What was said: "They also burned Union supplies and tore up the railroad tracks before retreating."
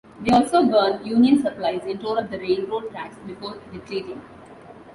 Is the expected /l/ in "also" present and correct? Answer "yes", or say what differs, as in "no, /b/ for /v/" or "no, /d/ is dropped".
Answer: yes